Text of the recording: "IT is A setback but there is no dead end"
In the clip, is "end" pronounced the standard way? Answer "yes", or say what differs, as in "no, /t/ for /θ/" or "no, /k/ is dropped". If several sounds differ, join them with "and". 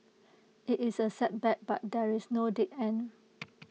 no, /d/ is dropped